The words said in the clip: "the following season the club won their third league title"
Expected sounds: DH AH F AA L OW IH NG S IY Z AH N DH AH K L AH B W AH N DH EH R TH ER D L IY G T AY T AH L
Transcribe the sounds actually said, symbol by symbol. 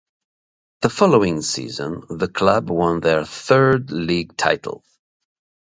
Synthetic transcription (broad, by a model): DH AH F AA L OW IH NG S IY Z AH N DH AH K L AH B W AH N DH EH R TH ER D L IY G T AY T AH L